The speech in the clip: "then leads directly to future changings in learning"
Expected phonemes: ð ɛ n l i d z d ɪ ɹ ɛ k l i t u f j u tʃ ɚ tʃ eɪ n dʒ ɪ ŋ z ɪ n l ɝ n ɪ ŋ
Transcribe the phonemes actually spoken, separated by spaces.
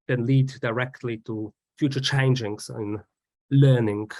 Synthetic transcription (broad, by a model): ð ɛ n l i d d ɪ ɹ ɛ k l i t u f j u tʃ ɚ tʃ eɪ n dʒ ɪ ŋ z ɪ n l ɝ n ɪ ŋ